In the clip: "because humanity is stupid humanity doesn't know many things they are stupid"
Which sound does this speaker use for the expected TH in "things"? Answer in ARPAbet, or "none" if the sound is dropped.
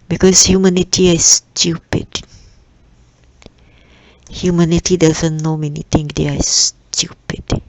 T